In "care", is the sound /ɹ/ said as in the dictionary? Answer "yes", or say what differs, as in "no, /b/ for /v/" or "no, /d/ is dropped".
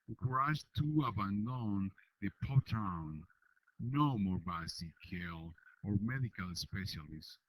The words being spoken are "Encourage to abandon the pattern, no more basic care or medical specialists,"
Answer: no, /l/ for /ɹ/